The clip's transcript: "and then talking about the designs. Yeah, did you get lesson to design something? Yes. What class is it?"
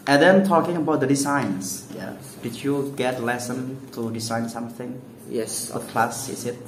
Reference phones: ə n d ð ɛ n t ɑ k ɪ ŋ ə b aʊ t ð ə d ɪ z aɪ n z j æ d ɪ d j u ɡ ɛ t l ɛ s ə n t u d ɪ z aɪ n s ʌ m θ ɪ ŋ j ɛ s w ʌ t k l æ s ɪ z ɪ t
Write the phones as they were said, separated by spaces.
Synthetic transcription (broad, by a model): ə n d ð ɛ n t ɑ k ɪ ŋ ə b aʊ t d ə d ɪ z aɪ n s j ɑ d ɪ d j u ɡ ɛ t l ɛ s ə n t u d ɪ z aɪ n s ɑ m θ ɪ ŋ j ɛ s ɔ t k l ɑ s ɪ s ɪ t